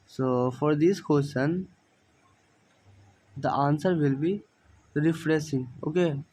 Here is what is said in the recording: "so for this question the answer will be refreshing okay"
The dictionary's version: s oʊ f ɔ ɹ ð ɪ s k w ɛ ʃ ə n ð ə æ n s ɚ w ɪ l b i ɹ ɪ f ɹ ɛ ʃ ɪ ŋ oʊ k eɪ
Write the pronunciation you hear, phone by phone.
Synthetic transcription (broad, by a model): s oʊ f ɔ ɹ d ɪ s k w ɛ s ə n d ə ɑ n s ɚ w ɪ l b i ɹ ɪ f ɹ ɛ s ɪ ŋ oʊ k eɪ